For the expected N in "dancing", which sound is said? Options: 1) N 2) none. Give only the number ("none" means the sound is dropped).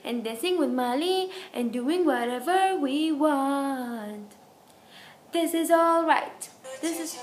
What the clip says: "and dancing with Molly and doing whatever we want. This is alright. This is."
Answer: 2